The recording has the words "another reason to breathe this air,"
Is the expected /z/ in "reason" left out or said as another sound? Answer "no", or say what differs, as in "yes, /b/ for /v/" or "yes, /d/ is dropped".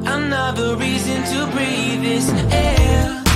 no